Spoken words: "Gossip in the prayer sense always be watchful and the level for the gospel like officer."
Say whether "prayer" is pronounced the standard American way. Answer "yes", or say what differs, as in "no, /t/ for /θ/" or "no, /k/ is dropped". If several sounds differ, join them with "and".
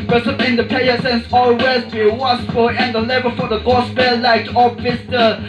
no, /ɹ/ is dropped